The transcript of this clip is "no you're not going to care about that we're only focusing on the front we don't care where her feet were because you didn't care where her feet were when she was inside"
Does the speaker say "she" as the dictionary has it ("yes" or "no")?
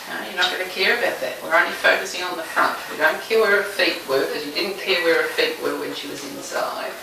yes